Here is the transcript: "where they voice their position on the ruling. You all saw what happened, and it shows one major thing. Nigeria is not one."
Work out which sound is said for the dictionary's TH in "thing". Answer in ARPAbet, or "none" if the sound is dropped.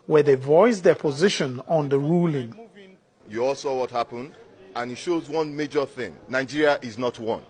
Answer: TH